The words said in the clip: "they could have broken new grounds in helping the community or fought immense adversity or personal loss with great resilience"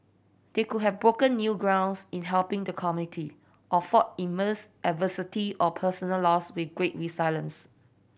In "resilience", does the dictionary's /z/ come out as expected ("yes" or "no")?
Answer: no